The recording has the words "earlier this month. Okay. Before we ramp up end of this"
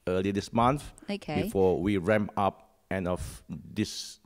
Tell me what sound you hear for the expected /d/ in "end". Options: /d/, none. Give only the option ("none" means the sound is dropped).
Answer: none